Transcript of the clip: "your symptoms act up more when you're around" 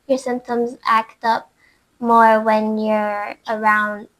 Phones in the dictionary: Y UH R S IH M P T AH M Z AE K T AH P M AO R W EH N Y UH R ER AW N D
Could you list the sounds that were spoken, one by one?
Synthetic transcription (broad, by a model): Y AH R S IH M P T AH M Z AE K T AH P M AO R W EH N Y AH R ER AW N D